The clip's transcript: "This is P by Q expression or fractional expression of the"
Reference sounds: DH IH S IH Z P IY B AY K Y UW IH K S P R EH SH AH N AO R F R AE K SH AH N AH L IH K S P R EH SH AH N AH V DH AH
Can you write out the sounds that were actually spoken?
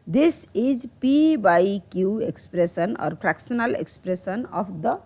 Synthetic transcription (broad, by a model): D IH S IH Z P IY B AY K Y UW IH K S P R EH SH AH N AO R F R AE K S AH N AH L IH K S P R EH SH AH N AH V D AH